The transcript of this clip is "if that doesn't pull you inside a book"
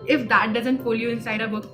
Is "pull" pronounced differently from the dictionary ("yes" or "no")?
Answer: yes